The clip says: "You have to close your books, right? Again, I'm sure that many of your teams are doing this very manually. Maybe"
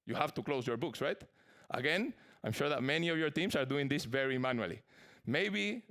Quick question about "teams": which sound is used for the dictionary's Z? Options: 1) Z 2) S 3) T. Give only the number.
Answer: 2